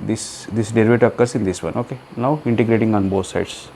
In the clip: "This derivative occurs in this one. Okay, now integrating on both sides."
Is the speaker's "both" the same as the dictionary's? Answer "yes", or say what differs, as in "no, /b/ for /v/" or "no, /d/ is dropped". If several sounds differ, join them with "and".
no, /t/ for /θ/